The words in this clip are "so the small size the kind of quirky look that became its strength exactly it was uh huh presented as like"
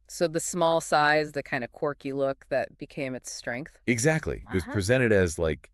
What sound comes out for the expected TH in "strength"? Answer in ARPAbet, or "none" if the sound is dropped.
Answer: TH